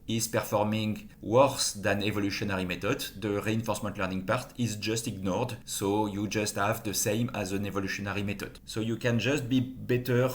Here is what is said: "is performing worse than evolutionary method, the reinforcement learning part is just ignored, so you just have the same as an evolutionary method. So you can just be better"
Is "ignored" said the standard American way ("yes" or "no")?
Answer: yes